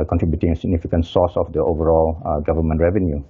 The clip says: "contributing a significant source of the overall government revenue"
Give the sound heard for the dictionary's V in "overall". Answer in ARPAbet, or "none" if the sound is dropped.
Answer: V